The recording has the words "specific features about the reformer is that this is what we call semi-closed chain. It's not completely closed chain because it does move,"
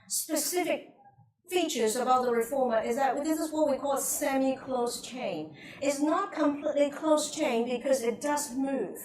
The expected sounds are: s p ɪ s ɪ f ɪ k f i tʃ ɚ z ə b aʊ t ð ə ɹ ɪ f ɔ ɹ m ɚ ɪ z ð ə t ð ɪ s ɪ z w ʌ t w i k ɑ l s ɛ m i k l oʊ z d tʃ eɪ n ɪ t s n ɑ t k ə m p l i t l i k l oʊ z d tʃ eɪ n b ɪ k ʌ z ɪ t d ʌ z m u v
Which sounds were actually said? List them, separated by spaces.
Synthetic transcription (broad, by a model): s p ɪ s ɪ f ɪ k f i tʃ ɚ z ə b aʊ t ð ə ɹ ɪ f ɔ ɹ m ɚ ɪ z ð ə t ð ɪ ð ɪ s w ʌ t w i k ɑ l s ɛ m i k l oʊ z tʃ eɪ n ɪ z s n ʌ t k ə m p l i t l i k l oʊ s tʃ eɪ n b ɪ k ʌ z ɪ t d ʌ z m u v